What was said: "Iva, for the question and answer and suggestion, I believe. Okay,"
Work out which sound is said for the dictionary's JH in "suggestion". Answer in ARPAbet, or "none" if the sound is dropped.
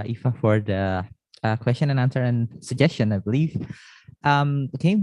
JH